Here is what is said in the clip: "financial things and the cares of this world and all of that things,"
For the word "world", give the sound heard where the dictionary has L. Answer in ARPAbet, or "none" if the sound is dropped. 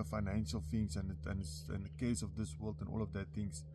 L